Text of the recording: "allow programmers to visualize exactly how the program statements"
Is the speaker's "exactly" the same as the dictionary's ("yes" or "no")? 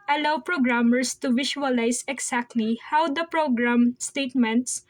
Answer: no